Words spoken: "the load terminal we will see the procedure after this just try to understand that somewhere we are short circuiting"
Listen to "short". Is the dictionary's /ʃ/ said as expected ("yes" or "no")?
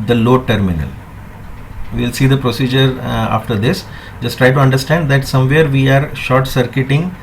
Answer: yes